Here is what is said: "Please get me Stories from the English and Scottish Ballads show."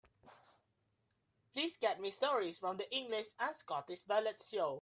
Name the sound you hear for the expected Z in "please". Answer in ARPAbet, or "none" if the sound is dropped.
S